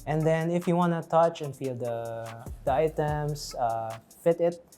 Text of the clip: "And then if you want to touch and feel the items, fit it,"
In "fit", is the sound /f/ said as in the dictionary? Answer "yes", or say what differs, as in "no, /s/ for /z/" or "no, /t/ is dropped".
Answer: yes